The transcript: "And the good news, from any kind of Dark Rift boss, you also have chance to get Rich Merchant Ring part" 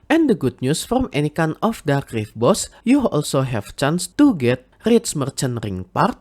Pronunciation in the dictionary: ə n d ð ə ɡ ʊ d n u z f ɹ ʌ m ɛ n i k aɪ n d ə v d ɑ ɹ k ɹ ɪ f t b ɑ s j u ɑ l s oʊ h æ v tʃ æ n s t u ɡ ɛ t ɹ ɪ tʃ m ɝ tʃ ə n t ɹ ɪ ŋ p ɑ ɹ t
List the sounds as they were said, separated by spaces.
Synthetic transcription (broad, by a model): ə n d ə ɡ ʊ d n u s f ɹ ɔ m ɛ n i k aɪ n ə f d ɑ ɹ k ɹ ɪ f b ɑ s j u ɑ l s oʊ h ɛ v tʃ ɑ n s t u ɡ ɛ t ɹ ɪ s m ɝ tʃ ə n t ɹ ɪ ŋ p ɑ ɹ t